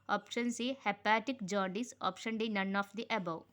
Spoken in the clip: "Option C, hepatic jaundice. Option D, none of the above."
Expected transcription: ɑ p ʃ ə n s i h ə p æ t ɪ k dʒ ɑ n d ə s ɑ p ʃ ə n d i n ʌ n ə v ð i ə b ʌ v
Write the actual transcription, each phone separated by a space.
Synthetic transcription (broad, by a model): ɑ p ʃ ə n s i h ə p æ t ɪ k dʒ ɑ d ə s ɑ p ʃ ə n d i n ʌ n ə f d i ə b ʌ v